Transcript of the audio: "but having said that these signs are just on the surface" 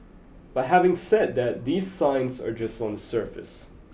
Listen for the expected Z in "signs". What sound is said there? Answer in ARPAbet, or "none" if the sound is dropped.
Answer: Z